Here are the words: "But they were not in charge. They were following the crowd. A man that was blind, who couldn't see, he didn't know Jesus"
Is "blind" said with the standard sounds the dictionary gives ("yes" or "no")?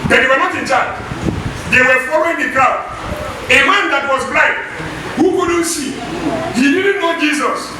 no